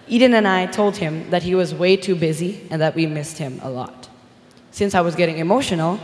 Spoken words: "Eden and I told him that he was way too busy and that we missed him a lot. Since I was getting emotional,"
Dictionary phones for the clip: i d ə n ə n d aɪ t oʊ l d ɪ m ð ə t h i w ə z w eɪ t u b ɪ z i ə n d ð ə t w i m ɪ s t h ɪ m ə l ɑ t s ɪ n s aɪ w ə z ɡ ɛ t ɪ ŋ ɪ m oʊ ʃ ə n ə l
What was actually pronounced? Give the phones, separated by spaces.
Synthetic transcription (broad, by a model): i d n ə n aɪ t oʊ l d ɪ m ð ə t h i w ə z w eɪ t u b ɪ z i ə n ð ə t w i m ɪ s t h ɪ m ə l ɑ t s ɪ n s aɪ w ə z ɡ ɛ t ɪ ŋ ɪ m oʊ ʃ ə n l